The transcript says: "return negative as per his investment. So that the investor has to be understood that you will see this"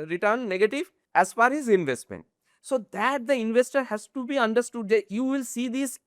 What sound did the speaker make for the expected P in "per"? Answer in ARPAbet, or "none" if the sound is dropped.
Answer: F